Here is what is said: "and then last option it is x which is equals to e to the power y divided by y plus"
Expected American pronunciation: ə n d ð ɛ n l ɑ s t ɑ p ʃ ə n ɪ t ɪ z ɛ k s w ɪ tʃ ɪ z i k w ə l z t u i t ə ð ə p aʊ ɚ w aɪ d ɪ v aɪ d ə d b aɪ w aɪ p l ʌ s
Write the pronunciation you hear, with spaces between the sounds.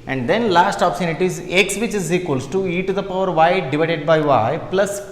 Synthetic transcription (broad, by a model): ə n d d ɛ n l ɑ s t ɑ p s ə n ɪ t ɪ z ɛ k s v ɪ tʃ ɪ z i k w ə l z t u i t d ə p aʊ ɚ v aɪ d ɪ v aɪ d ə d b aɪ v aɪ p l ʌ s